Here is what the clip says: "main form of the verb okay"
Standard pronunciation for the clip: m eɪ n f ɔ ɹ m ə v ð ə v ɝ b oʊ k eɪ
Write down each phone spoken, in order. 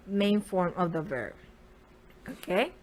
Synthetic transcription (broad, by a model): m eɪ n f ɔ ɹ m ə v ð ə v ɝ b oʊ k eɪ